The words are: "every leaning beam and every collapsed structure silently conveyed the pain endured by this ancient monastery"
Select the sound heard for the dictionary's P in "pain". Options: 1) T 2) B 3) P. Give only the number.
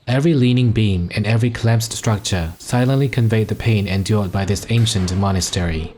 3